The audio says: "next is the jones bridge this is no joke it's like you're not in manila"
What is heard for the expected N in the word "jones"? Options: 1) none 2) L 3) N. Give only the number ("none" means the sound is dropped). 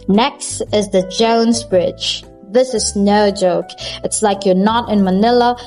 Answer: 3